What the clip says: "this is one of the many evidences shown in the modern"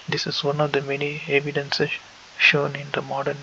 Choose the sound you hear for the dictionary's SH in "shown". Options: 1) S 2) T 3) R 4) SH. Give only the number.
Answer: 4